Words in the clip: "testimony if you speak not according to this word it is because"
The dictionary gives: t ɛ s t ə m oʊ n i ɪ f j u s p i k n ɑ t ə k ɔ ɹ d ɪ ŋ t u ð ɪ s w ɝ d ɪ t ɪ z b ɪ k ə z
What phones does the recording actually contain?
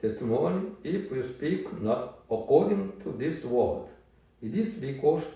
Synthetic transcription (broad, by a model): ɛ s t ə m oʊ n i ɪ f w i s p i k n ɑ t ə k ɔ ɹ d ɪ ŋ t u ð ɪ s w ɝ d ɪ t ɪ s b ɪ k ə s